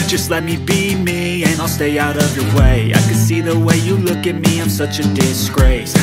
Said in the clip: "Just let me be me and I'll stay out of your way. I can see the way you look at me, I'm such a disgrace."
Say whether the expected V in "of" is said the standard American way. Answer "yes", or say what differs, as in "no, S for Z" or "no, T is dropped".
yes